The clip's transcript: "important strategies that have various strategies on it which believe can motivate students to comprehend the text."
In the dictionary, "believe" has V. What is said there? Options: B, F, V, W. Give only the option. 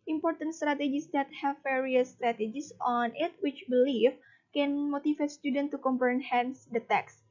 F